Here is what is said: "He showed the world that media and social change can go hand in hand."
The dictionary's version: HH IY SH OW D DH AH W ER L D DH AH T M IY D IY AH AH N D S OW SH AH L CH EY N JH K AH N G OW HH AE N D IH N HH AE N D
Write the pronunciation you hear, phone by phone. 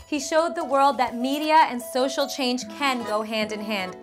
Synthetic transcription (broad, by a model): HH IY SH OW D DH AH W ER L D DH AH T M IY D IY AH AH N S OW SH L CH EY N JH K AH N G OW HH AE N D IH N HH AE N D